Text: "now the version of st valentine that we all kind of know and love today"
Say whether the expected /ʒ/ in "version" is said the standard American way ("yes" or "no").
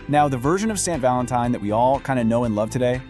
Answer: yes